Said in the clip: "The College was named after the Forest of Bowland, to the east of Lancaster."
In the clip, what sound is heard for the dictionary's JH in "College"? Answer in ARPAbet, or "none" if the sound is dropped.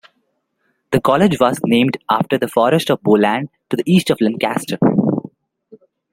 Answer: JH